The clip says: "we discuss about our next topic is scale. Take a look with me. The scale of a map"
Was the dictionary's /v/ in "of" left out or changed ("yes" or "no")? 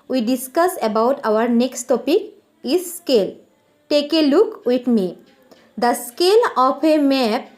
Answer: yes